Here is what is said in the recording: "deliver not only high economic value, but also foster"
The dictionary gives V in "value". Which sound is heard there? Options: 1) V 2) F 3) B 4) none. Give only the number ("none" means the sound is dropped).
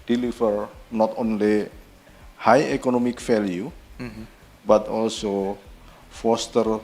2